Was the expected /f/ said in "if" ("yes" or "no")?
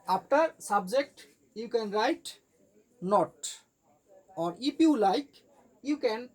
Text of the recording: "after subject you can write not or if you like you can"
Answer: no